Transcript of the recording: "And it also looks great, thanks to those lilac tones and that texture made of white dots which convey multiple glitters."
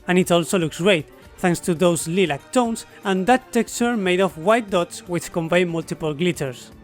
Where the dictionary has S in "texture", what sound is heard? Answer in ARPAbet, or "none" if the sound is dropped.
S